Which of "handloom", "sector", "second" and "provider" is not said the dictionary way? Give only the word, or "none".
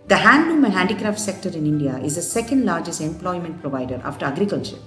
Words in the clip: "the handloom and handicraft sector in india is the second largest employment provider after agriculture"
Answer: handloom